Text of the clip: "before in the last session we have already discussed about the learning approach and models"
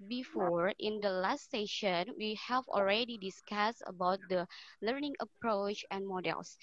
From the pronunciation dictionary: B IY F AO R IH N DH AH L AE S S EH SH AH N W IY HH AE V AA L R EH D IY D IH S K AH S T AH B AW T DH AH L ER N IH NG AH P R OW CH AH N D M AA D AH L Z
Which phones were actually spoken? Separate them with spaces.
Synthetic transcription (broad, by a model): B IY F AO R IH N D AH L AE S S EH SH AH N W IY HH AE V AA L R EH D IY D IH S K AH S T AH B AW T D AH L ER N IH NG AH P R OW CH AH N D M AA D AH L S